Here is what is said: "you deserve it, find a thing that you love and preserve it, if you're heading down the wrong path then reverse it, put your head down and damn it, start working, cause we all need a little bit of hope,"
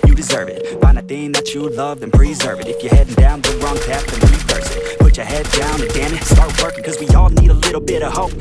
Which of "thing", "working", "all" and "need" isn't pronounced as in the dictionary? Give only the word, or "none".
none